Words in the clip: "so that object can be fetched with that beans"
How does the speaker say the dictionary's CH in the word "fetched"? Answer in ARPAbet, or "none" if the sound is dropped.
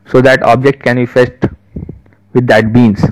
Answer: S